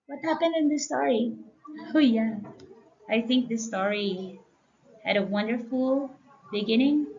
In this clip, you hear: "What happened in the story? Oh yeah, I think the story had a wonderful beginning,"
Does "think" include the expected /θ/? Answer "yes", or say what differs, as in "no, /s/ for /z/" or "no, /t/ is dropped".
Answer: yes